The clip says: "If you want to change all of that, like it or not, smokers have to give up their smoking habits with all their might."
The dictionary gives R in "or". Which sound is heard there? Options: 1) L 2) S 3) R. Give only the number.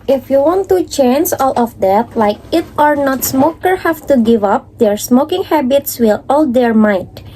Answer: 3